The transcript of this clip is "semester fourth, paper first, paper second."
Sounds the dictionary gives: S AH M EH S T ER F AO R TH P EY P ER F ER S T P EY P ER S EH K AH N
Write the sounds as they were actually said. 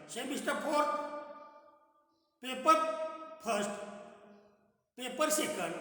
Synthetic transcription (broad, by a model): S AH M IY S T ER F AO R T P EY P ER P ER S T P EY P ER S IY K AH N